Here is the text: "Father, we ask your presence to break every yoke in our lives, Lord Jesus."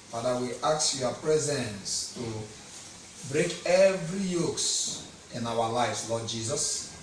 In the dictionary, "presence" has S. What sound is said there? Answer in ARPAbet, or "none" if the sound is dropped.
S